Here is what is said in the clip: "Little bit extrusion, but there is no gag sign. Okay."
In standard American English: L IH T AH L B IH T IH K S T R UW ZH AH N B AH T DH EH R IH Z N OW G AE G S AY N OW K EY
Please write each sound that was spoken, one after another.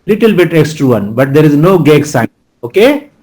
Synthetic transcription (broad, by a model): L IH T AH L B IH T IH K S T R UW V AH N B AH T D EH R IH Z N OW G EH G S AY OW K EY